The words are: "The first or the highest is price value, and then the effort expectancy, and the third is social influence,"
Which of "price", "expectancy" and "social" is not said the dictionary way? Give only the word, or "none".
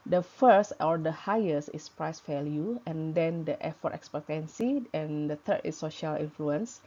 none